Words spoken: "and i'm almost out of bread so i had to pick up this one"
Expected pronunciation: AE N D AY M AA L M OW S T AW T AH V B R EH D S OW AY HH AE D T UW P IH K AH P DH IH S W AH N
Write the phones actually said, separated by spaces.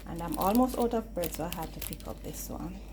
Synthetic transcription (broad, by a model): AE N D AY M AA L M OW S T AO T AH V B AH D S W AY HH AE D T UW P IH K AH P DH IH S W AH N